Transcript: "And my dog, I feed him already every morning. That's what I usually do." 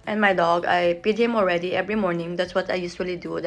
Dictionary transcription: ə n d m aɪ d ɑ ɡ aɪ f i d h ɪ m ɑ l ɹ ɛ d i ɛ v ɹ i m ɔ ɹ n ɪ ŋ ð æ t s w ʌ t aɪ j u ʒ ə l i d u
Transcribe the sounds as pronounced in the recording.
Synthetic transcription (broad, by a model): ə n m aɪ d ɑ ɡ aɪ p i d h ɪ m ɑ l ɹ ɛ d i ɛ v ɹ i m ɔ ɹ n ɪ ŋ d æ t s w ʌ t aɪ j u ʃ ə l i d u